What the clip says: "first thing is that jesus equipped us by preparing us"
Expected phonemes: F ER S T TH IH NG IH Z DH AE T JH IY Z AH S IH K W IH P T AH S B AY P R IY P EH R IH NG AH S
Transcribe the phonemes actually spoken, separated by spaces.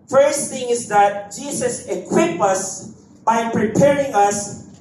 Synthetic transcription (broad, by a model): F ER S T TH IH NG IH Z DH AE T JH IY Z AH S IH K W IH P AH S B AY P R IY P EH R IH NG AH S